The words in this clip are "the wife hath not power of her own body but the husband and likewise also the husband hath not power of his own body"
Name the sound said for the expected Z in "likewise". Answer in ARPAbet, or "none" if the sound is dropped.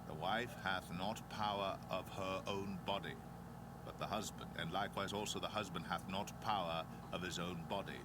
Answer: Z